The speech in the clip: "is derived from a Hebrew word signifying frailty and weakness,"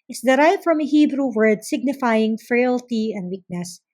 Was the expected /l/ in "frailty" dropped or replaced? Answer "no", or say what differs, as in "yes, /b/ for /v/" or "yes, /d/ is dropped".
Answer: no